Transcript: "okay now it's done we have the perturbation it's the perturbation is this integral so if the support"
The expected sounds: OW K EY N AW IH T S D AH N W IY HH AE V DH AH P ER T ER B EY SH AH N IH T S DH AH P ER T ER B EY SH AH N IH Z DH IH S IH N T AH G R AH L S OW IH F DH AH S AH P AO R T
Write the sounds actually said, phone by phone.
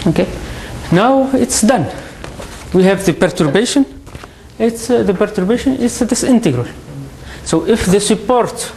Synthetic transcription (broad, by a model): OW K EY N AW IH T S D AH N W IY HH AE V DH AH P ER T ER B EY SH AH N IH T S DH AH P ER T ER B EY SH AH N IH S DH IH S IH N T AH G R AH L S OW IH F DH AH S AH P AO R T